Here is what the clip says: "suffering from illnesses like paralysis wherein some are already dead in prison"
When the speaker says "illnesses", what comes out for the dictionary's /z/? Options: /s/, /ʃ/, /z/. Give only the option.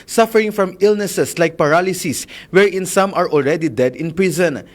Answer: /s/